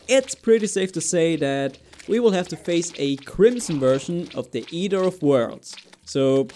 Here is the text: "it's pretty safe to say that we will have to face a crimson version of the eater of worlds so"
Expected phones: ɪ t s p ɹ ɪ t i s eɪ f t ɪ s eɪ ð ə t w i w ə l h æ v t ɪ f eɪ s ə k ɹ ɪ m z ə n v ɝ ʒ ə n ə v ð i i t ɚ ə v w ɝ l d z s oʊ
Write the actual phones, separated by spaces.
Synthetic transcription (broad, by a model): ɪ t s p ɹ ɪ t i s eɪ f t ɪ s eɪ ð ə t w i w ə l h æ f t ɪ f eɪ s ə k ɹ ɪ m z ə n v ɝ ʃ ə n ə v ð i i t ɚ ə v w ɝ l d z s oʊ